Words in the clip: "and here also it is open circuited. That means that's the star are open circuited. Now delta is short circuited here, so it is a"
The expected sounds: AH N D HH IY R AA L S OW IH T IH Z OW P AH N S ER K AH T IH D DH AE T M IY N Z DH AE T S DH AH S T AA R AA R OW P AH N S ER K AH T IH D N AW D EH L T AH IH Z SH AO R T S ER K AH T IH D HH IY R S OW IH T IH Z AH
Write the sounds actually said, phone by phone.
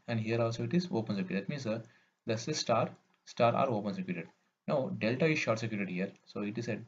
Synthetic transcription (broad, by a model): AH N D HH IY R AA L S OW IH T IH Z OW P AH N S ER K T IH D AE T M IY N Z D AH S S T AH S T AA R AA R OW P AH N S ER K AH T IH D N AW D EH L T AH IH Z SH AO R T S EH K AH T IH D HH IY R S OW IH T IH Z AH